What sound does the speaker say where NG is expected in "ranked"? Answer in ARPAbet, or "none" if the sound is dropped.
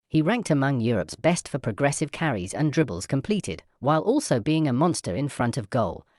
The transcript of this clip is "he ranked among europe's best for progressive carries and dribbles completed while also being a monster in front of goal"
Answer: NG